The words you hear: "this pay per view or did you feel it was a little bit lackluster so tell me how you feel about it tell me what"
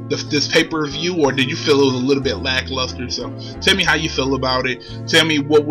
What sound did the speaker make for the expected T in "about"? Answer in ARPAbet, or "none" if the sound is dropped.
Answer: T